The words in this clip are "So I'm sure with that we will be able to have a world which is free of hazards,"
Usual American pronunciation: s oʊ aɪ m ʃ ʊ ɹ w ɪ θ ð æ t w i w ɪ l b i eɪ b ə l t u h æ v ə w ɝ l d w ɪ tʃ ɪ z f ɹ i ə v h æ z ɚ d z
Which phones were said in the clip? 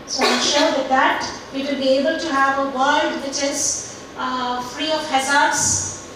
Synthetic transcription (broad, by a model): s oʊ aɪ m ʃ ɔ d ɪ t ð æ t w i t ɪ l b i eɪ b ə l t u h æ v ə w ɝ l d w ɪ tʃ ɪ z f ɹ i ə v h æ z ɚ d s